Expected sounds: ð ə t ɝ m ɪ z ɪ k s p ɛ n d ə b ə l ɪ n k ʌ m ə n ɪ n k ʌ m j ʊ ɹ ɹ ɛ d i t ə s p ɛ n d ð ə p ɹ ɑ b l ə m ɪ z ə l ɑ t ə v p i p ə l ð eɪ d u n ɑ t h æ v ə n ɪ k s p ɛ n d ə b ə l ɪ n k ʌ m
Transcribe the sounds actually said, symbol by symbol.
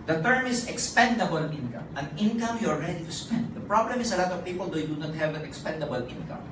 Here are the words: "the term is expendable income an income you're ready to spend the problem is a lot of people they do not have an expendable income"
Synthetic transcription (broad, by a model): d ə t ɝ m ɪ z ɪ k s p ɛ n d ə b ə l ɪ n k ʌ m ə n ɪ n k ʌ m j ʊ l ɹ ɛ d i t ə s p ɛ n d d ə p ɹ ɑ b l ə m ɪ s ə l ɑ t ə v p i p ə l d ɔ d u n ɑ t h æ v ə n ɪ k s p ɛ n d ə b ə l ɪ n k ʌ m